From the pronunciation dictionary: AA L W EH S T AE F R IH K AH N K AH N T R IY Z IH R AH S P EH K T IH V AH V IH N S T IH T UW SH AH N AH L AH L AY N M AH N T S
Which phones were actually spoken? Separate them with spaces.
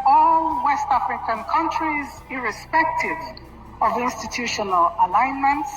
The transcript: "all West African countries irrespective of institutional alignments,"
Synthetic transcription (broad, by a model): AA L W EH S T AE F R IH K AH N K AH N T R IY Z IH R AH S P EH K T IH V AH V IH N S T IH T UW SH AH N AH L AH L AY N M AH N T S